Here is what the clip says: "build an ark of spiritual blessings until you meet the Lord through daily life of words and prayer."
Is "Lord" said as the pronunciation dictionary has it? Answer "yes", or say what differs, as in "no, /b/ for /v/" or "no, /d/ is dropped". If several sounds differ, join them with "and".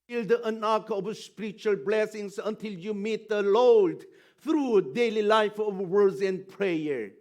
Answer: no, /l/ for /ɹ/